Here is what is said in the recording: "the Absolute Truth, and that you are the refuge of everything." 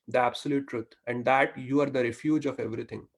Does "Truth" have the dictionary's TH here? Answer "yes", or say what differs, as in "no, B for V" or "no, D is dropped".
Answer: no, T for TH